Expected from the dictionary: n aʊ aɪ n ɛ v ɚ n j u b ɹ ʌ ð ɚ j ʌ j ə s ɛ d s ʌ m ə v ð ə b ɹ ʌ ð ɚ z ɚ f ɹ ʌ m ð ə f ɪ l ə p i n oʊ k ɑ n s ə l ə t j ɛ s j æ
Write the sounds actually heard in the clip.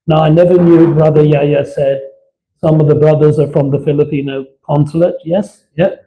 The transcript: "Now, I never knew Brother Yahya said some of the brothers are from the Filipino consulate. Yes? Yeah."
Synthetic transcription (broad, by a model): n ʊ aɪ n ɛ v ɚ n j u b ɹ ʌ ð ɚ j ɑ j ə s ɛ d s ʌ m ə v ð ə b ɹ ʌ ð ɚ z ɚ f ɹ ʌ m ð ə f ɪ l ə p i n oʊ k ɑ n s ə l ə t j ɛ s j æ